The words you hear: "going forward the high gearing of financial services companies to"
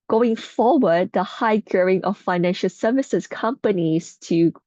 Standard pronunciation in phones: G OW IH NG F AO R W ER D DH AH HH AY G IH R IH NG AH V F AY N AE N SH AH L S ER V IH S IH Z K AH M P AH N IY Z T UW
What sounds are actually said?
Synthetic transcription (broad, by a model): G OW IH NG F AO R W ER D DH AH HH AY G R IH NG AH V F AY N AE N SH AH L S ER V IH S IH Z K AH M P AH N IY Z T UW